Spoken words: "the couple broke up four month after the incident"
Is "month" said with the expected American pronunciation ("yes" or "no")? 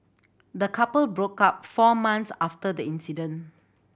no